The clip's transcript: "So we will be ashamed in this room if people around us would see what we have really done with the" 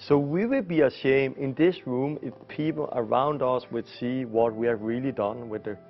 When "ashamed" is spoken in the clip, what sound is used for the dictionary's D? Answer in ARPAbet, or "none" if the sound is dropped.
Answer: none